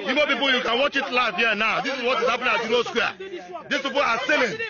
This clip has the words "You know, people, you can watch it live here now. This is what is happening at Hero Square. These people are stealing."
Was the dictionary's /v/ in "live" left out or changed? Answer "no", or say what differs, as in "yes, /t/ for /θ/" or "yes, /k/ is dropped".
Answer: yes, /f/ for /v/